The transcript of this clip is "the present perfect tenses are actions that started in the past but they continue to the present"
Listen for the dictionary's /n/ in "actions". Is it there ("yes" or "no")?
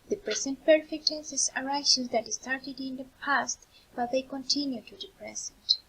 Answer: no